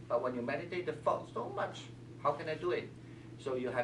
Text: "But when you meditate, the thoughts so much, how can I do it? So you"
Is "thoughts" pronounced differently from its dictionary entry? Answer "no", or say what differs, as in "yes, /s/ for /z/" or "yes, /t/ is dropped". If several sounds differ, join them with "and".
yes, /f/ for /θ/